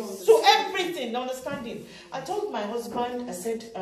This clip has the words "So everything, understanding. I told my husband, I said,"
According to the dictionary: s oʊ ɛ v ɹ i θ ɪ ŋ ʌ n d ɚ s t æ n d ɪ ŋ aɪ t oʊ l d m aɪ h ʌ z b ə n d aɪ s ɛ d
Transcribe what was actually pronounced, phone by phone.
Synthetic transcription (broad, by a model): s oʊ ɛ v ɹ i t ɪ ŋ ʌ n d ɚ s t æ n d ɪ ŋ aɪ t oʊ l d m aɪ h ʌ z b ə n d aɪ s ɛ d